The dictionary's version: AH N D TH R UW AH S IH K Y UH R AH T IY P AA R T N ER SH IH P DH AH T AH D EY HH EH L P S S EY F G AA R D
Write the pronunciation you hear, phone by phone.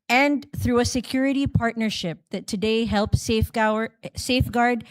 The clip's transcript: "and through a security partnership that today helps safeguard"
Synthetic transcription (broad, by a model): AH N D TH R UW AH S IH K Y UH R AH T IY P AA R T N ER SH IH P DH AH T AH D EY HH EH L P S S EY F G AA R D